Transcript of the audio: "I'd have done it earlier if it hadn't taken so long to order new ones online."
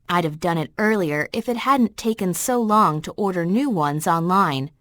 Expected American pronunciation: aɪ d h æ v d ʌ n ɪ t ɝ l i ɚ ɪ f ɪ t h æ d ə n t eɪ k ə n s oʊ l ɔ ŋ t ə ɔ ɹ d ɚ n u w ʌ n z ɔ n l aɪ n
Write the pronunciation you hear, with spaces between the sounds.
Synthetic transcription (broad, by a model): aɪ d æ v d ʌ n ɪ t ɝ l i ɚ ɪ f ɪ t h æ d n t eɪ k ə n s oʊ l ɔ ŋ t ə ɔ ɹ d ɚ n u w ʌ n z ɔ n l aɪ n